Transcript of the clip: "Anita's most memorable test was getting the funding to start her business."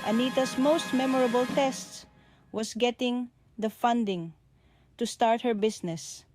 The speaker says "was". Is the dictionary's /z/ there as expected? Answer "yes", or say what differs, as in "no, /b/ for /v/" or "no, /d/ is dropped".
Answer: no, /s/ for /z/